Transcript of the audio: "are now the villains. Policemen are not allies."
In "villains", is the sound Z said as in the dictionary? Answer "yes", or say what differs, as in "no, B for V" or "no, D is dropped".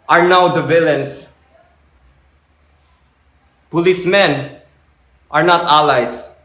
no, S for Z